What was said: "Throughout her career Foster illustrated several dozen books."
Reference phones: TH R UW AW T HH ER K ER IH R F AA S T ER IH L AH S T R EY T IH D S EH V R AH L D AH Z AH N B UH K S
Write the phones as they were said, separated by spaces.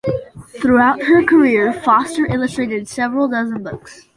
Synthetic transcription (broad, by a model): TH R UW AW T HH ER K ER IH R F AA S T ER IH L AH S T R EY T IH D S EH V R AH L D AH Z AH N B UH K S